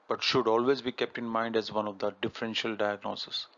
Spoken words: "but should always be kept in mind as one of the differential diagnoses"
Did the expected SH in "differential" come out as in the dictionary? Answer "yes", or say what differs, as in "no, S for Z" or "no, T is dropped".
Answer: yes